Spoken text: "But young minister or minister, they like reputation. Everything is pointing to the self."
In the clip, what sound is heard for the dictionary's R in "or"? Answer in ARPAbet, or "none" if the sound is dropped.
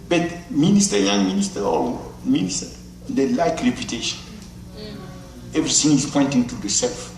L